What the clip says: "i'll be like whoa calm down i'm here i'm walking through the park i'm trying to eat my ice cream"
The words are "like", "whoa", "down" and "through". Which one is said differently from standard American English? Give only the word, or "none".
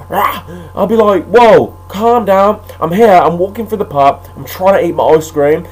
through